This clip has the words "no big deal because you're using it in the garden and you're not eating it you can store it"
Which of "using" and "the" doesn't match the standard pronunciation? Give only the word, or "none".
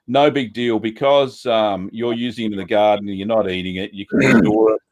none